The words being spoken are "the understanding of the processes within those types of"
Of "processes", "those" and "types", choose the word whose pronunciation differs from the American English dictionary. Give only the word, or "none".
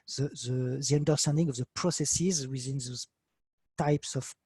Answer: none